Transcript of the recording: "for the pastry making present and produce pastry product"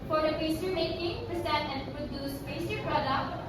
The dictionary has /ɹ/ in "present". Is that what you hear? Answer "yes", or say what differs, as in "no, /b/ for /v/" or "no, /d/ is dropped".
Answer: no, /ɹ/ is dropped